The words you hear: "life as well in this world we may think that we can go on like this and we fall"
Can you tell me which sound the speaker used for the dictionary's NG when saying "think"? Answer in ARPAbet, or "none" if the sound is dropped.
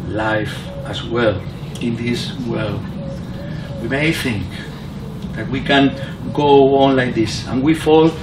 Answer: NG